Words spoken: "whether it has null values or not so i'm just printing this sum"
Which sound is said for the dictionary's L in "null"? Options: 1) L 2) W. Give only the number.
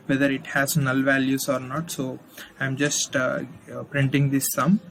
1